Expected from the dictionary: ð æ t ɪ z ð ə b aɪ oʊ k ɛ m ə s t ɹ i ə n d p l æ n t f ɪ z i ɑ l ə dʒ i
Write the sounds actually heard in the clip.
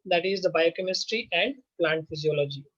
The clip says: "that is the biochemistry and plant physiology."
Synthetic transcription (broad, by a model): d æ t ɪ z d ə b aɪ oʊ k ɛ m ə s t ɹ i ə n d p l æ n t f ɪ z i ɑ l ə dʒ i